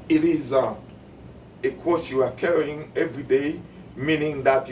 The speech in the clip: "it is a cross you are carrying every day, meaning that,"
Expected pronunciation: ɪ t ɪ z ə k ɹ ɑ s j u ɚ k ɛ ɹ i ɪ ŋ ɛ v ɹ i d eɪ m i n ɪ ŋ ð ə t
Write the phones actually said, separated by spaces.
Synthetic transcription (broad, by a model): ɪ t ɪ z ə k ɑ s j u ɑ k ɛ ɹ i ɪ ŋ ɛ v ɹ i d eɪ m i n ɪ ŋ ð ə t